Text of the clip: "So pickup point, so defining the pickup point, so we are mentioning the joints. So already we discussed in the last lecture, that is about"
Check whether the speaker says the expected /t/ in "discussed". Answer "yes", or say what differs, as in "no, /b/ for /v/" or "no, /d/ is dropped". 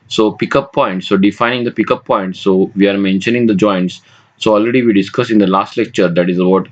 no, /t/ is dropped